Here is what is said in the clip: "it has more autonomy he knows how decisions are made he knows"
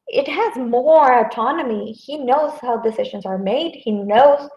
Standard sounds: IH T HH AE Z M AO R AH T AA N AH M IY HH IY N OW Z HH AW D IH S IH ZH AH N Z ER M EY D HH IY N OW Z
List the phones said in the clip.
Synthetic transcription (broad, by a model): IH T HH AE Z M AO R AH T AA N AH M IY HH IY N OW Z HH AW D IH S IH ZH AH N Z ER M EY D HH IY N OW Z